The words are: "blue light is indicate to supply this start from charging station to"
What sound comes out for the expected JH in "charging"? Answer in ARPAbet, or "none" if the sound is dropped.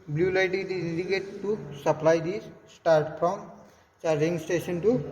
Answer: none